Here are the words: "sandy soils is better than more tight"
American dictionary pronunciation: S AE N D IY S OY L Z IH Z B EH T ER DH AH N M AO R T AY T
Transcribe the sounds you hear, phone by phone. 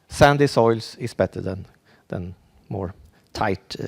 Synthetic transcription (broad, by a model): S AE N D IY S OY L S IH S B EH T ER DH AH N M AO R T AY T